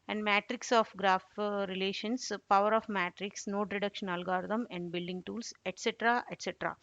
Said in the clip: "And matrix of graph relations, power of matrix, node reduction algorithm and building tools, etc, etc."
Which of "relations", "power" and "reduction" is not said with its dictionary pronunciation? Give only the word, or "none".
relations